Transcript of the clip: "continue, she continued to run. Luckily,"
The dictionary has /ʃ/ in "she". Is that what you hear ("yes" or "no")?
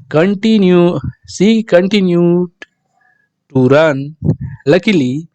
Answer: no